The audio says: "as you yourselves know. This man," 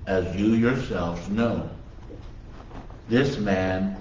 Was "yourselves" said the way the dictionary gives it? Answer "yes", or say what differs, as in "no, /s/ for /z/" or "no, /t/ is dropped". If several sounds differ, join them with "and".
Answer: yes